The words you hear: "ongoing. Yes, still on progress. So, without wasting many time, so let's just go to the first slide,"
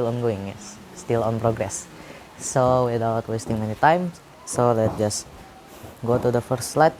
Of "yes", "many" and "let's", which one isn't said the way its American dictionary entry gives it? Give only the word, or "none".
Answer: let's